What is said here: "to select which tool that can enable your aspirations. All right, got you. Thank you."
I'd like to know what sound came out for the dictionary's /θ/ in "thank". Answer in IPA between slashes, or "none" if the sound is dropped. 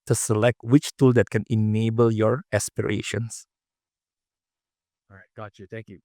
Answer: /t/